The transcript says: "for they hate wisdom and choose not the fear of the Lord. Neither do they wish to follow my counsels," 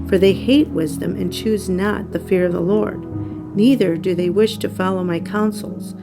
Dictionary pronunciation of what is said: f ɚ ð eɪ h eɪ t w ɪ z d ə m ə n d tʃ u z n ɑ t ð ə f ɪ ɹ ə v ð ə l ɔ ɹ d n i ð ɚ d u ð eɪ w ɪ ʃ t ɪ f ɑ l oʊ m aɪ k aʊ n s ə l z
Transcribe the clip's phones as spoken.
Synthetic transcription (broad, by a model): f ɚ ð eɪ h eɪ t w ɪ z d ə m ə n tʃ u z n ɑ t ð ə f ɪ ɹ ə v ð ə l ɔ ɹ d n i ð ɚ d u ð eɪ w ɪ ʃ t ɪ f ɑ l oʊ m aɪ k aʊ n s l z